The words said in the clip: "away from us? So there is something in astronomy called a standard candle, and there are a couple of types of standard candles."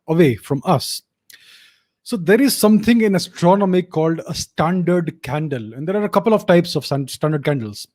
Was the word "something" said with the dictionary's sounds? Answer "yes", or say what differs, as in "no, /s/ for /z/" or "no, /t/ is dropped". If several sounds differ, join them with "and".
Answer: no, /t/ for /θ/